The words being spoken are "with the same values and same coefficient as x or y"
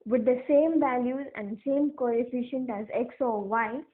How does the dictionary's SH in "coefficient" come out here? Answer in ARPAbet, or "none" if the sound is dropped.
SH